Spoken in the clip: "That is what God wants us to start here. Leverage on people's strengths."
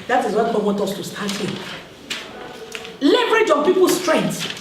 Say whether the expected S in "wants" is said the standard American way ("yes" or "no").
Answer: no